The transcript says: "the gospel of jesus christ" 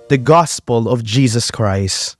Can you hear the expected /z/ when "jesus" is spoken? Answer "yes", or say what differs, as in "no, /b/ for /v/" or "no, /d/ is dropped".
yes